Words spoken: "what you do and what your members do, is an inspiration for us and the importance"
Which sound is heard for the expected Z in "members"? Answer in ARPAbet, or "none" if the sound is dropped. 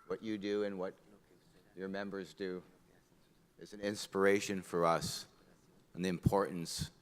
Z